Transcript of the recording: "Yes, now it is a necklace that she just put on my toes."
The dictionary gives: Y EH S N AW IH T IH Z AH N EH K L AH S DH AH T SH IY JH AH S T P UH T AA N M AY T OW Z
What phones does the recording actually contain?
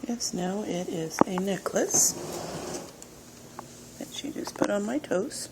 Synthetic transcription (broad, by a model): Y EH S N AW IH T IH Z AH N EH K L AH S DH AH T SH IY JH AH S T P UH T N M AY T OW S